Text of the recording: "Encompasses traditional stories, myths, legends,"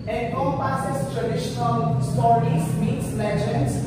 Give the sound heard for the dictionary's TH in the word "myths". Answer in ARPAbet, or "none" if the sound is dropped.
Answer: T